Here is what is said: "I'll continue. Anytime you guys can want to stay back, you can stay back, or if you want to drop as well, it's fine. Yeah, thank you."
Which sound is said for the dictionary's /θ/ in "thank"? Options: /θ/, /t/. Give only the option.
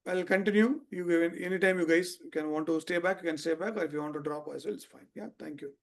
/t/